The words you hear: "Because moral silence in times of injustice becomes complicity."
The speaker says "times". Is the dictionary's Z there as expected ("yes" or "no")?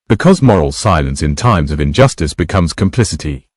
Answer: yes